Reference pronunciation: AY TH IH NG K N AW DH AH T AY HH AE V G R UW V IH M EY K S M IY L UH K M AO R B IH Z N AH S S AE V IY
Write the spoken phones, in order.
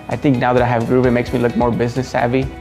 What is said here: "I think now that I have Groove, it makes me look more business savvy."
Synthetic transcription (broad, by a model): AY T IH NG K N AW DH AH T AY HH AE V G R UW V IH M EY K S M IY L UH K M AO R B IH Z N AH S S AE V IY